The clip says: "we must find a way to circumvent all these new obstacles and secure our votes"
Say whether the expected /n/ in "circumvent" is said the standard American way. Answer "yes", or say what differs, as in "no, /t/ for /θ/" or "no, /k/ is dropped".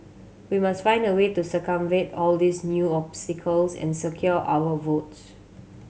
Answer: no, /n/ is dropped